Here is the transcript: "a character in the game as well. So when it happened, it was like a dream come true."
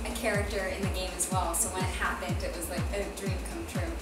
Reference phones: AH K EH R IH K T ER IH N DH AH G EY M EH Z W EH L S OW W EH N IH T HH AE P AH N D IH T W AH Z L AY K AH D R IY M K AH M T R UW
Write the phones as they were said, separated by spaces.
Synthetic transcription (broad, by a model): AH K EH R IH K T ER IH N DH AH G EY M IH Z W EH L S OW W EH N IH T HH AE P AH N D IH T W AH Z L AY K AH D R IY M K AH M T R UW